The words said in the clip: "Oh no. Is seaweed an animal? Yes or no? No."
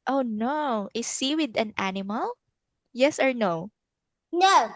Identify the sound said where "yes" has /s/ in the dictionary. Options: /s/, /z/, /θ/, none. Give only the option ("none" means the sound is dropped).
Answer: /s/